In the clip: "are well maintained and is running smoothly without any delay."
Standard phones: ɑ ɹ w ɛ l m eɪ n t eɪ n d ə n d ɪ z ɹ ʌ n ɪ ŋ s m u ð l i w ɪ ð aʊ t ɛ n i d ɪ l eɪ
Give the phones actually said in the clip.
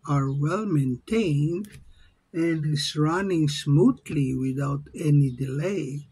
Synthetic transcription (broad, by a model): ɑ ɹ w ɛ l m eɪ n t eɪ n d ə n d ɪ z ɹ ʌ n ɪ ŋ s m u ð l i w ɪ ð aʊ t ɛ n i d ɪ l eɪ